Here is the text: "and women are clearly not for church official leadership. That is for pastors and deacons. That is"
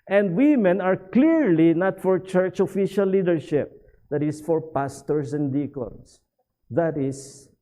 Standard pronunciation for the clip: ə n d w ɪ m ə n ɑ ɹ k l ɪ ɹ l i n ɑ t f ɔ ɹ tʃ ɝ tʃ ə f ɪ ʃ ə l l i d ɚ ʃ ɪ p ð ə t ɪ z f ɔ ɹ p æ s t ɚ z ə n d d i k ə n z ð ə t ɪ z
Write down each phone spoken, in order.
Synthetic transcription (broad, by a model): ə n d w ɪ m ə n ɑ ɹ k l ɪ ɹ l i n ɑ t f ɔ ɹ tʃ ɝ tʃ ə f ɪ ʃ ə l l i d ɚ ʃ ɪ p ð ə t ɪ s f ɔ ɹ p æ s t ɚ s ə n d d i k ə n s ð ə t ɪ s